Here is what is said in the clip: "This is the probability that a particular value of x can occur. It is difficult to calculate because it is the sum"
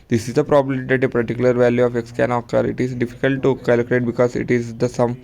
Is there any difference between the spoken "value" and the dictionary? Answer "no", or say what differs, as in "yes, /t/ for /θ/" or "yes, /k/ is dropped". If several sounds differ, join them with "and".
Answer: no